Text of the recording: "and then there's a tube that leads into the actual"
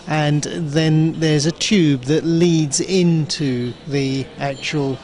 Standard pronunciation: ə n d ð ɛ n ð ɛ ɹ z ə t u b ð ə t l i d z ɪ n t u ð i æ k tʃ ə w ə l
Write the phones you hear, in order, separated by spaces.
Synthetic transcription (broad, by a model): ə n ð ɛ n ð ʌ ɹ z ə t u b ð ə t l i d z ɪ n t u ð i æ k tʃ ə w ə l